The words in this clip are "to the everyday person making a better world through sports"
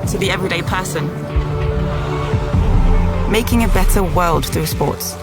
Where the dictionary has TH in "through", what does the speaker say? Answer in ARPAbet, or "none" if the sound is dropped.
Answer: TH